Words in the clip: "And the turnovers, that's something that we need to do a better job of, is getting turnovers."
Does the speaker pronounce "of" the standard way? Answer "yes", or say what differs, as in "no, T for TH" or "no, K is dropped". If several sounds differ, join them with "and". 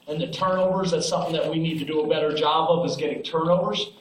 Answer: yes